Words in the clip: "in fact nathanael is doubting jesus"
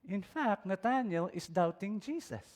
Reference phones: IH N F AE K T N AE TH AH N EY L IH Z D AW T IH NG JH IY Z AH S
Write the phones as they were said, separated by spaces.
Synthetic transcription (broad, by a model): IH N F AE K T N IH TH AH N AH L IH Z D AW T IH NG JH IY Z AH S